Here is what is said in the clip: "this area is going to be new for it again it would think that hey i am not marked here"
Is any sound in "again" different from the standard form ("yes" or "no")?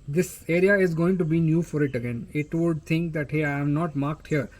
no